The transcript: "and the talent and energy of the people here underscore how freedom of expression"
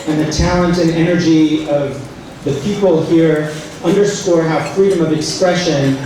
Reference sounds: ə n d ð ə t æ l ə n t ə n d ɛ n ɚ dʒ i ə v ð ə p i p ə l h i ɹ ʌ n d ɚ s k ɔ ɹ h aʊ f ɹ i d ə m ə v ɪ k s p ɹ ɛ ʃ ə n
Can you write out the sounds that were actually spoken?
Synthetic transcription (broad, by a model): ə n ð ə t æ l ə n t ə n ɛ n ɚ dʒ i ə v ð ə p i p l h i ɹ ʌ n d ɚ s k ɔ ɹ h aʊ f ɹ i d ə m ə v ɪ k s p ɹ ɛ ʃ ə n